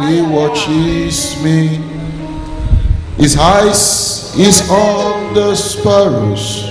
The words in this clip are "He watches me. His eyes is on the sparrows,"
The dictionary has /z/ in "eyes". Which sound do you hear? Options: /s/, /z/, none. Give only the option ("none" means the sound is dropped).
/s/